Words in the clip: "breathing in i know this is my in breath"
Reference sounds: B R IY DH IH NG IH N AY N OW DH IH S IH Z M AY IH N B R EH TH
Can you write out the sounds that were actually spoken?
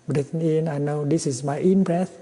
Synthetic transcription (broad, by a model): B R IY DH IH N IH N AY N OW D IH S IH S M AY IH N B R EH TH